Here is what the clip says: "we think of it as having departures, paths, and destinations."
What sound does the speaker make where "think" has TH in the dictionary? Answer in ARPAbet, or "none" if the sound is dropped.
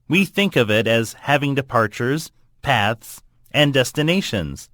TH